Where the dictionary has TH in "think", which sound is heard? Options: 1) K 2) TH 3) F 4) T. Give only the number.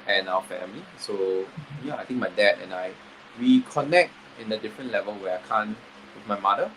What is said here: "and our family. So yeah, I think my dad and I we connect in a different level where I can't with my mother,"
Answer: 4